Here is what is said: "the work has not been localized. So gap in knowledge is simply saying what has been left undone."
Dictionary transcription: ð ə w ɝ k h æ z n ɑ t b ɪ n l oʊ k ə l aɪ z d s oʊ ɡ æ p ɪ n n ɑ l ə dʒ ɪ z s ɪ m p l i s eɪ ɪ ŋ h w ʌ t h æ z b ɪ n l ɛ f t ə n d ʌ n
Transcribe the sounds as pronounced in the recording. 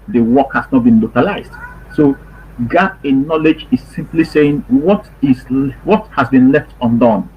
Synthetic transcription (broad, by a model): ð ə w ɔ k h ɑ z n ɑ t b ɪ n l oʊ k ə l aɪ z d s oʊ ɡ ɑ ɪ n n ɑ l ə dʒ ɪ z s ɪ m p l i s eɪ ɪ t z w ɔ t h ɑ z b ɪ n l ɛ f t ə n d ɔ n